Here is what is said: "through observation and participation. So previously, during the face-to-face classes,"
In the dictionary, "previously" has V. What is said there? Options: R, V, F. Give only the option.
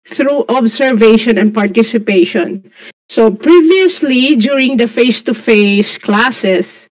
V